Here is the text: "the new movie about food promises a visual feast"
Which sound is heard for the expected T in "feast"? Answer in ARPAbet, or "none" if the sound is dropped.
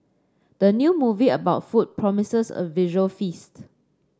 T